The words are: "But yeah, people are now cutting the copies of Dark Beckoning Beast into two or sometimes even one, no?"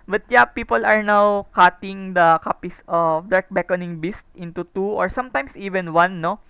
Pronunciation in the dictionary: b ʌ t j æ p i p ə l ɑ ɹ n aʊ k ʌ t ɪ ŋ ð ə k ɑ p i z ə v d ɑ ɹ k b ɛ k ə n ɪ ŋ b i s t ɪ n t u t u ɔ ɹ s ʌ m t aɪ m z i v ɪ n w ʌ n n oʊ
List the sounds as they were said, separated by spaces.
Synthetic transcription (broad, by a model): b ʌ t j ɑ p i p ə l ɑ ɹ n aʊ k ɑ t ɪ ŋ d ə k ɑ p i s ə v d ɑ ɹ k b ɛ k ə n ɪ ŋ b i s t ɪ n t u t u ɔ ɹ s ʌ m t aɪ m s i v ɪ n w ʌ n n oʊ